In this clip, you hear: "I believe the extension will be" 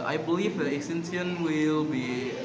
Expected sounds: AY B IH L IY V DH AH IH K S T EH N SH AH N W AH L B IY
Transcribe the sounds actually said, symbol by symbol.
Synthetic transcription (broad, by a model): AY B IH L IY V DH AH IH S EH N S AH N W AH L B IY